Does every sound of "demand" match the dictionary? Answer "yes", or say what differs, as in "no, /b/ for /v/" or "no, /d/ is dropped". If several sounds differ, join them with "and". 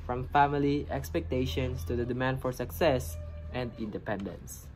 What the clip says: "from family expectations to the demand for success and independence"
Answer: yes